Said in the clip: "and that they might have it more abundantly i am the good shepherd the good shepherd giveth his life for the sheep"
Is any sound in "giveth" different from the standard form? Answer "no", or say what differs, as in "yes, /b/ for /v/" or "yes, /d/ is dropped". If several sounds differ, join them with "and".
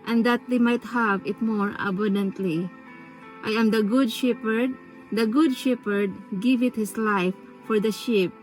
yes, /t/ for /θ/